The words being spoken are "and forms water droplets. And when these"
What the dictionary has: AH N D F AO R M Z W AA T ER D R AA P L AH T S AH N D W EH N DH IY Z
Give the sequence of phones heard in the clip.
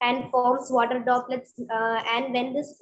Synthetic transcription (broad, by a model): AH N D F AO R M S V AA T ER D AA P L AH T S AH N D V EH N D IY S